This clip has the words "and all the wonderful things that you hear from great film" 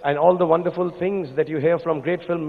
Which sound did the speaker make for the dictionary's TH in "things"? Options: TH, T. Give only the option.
T